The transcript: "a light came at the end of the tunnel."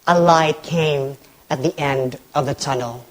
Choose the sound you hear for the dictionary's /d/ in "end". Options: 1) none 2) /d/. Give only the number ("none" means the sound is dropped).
2